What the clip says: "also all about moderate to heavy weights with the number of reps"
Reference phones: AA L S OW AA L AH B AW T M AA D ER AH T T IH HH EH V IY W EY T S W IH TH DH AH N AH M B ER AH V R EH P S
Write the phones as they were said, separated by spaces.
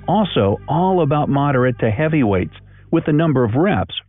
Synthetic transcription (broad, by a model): AA L S OW AA L AH B AW T M AA D ER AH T T IH HH EH V IY W EY T S W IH DH AH N AH M B ER AH V R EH P S